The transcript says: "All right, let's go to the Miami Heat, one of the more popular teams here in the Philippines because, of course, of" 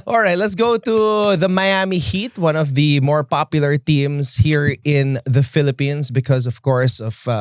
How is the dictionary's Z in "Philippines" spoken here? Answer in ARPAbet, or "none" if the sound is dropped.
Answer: S